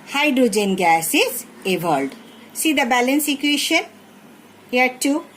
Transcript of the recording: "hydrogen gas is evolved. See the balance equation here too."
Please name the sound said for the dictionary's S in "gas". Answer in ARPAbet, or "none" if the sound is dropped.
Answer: S